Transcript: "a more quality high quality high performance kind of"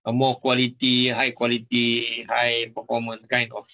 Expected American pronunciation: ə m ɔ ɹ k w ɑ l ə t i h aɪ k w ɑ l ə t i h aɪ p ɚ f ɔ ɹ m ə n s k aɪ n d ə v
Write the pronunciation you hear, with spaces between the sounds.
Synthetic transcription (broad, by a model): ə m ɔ k w ɑ l ə t i h aɪ k w ɑ l ə t i h aɪ b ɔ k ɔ m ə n k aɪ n ə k